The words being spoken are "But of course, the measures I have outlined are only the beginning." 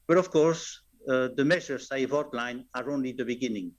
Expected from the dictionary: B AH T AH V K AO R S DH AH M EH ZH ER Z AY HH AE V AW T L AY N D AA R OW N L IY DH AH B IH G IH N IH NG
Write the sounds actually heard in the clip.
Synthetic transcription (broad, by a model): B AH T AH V K AO R S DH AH M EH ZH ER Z AY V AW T L AY N AA R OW N L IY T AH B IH G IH N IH NG